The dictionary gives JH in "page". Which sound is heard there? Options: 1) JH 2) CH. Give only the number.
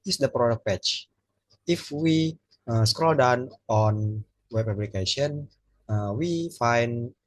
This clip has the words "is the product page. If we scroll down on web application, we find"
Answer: 2